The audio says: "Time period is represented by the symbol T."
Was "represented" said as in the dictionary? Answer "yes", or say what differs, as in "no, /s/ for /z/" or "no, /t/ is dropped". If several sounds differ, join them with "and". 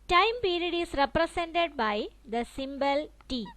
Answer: no, /s/ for /z/